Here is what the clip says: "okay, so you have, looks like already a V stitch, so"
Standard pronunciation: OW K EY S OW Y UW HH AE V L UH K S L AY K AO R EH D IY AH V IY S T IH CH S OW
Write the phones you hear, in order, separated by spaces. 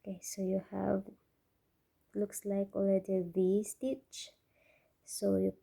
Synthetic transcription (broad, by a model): K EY S OW Y UW HH AE V L UH K S L AY K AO L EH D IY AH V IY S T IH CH S OW